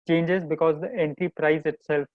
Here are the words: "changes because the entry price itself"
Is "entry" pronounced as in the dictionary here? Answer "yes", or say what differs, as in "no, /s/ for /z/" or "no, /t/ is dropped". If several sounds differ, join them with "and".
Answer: no, /ɹ/ is dropped